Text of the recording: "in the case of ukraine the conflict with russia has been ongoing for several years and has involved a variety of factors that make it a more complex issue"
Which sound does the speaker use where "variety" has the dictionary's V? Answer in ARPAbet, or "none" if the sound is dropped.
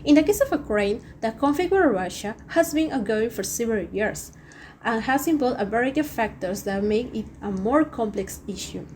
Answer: B